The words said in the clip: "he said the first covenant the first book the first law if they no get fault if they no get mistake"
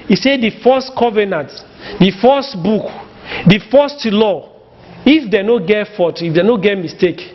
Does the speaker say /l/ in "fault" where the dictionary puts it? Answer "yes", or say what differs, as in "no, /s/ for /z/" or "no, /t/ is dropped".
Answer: no, /l/ is dropped